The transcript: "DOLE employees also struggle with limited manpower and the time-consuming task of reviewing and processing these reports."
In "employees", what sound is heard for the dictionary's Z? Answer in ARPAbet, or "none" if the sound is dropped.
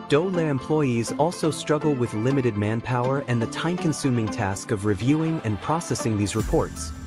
Z